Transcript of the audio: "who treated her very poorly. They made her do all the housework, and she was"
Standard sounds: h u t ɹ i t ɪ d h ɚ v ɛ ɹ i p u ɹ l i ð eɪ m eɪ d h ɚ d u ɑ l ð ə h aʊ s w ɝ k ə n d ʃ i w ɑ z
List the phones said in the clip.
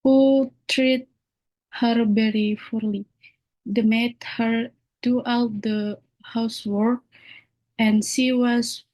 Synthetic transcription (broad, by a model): h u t ɹ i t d h ɚ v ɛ ɹ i f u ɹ l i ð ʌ m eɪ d h ɚ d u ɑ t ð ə h aʊ s w ɝ k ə n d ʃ i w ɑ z